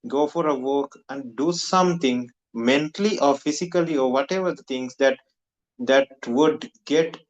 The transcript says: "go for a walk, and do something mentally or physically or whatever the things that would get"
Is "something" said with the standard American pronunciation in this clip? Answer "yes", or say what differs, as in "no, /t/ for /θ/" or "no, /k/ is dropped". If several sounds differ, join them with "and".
no, /t/ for /θ/